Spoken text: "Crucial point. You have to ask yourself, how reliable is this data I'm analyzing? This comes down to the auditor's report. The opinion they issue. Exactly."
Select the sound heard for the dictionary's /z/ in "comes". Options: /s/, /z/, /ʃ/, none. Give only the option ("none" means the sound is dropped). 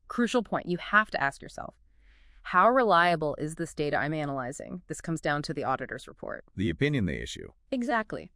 /z/